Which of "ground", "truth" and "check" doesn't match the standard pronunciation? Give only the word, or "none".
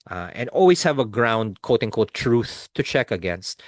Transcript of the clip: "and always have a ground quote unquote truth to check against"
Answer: none